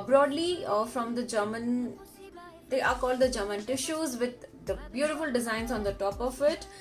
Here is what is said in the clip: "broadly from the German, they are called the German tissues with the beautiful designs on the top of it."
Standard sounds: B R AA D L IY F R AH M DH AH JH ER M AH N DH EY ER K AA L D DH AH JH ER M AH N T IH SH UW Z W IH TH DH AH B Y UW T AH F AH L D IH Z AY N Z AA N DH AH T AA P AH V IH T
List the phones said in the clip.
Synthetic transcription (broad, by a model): B R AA D L IY F R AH M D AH JH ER M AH N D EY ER K AA L D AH JH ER M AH N T IH SH UW Z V IH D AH B Y UW T AH F AH L D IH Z AY N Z AA N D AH T AA P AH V IH T